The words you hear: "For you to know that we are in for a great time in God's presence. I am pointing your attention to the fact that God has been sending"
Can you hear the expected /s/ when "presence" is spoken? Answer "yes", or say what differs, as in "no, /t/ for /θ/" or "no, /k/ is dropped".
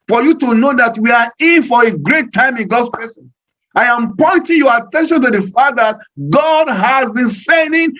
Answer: no, /s/ is dropped